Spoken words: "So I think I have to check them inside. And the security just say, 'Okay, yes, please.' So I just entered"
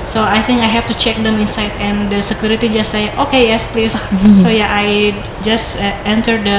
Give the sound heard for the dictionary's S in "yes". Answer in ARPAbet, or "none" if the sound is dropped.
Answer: S